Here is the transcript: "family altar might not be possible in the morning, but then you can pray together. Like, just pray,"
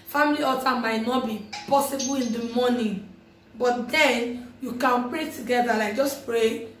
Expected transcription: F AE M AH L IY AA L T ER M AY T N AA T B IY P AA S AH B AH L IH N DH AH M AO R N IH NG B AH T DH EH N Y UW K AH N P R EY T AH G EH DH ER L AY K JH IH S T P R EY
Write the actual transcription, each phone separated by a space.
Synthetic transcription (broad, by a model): F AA M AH L IY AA T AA M AY T N AA T B IY P AA S AH B AH L IH N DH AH M AO N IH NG B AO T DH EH N Y UW K AH N P R EY T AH G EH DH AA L AY JH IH S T P R EY